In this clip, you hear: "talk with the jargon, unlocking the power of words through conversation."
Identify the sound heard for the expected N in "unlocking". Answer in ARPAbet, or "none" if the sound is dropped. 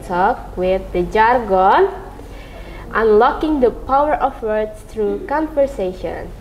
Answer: N